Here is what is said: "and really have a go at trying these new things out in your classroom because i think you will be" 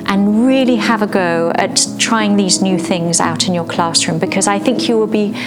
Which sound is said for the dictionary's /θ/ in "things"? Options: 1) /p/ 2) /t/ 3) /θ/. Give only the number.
3